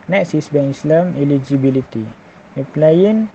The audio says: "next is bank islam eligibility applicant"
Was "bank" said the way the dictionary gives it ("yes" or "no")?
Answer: no